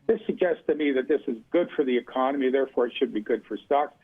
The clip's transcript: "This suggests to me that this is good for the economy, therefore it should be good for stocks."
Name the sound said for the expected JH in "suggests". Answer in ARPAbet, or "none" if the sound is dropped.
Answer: JH